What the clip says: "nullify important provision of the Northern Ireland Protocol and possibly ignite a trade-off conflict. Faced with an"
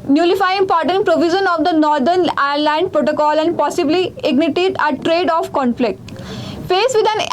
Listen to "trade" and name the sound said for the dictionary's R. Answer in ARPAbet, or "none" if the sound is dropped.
R